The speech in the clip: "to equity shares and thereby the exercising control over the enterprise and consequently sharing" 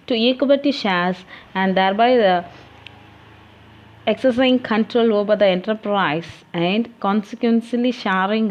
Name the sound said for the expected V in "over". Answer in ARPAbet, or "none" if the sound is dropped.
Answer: B